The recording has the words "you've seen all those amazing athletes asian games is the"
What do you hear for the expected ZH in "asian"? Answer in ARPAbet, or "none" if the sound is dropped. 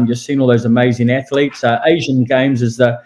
ZH